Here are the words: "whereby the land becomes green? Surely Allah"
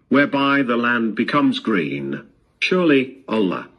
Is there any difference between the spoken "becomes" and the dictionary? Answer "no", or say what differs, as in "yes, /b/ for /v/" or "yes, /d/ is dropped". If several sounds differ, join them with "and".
no